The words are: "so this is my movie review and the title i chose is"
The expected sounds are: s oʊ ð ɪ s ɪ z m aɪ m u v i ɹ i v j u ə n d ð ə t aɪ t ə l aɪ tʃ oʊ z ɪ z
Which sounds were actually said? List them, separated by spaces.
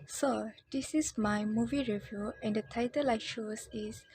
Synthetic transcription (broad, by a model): s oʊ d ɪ s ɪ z m aɪ m u v i ɹ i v j u ə n d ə t aɪ t ə l aɪ ʃ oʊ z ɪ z